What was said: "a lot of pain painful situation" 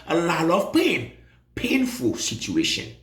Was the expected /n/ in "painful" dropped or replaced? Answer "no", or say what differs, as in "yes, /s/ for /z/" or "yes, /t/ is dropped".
no